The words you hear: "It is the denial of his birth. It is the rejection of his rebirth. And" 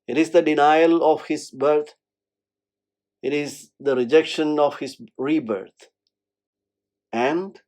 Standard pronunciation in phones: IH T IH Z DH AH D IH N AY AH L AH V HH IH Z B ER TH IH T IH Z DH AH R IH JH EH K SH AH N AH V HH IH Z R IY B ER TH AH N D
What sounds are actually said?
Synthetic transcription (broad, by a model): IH T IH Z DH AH D IH N AY AH L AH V HH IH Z B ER T IH T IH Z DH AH R IH JH EH K SH AH N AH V HH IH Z R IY B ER T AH N D